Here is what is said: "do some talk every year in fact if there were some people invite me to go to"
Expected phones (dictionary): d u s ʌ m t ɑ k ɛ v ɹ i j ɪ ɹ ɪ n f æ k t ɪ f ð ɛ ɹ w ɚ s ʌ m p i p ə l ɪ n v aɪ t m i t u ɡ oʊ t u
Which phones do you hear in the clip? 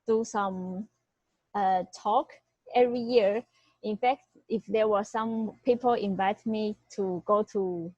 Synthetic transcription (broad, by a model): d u s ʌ m t ɑ k ɛ v ɹ i j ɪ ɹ ɪ n f æ k t ɪ f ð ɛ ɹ w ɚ s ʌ m p i p ə l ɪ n v aɪ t m i t u ɡ oʊ t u